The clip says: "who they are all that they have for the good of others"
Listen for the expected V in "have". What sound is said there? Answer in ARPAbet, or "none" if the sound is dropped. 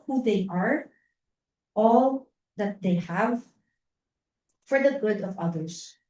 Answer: V